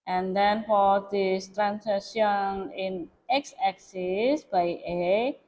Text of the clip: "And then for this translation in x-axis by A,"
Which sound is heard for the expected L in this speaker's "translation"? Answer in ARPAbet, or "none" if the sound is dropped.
none